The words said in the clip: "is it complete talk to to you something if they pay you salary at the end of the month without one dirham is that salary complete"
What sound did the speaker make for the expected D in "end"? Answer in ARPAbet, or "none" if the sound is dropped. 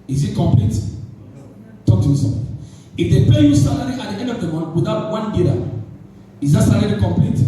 D